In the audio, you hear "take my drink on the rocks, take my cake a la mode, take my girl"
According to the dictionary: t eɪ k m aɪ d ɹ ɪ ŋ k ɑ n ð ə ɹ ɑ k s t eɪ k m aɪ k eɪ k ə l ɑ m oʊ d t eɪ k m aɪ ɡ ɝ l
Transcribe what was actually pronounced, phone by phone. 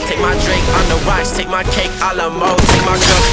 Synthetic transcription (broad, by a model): t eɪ k m aɪ d ɹ ɪ ŋ k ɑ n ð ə w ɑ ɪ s t eɪ k m aɪ k eɪ k ə l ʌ m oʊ t eɪ k m aɪ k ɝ